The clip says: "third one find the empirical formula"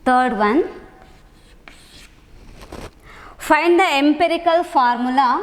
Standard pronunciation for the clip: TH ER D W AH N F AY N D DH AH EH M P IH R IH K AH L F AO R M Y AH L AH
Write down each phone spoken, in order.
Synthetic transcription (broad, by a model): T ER D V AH N F AY N D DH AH EH M P IH R IH K AH L F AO R M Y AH L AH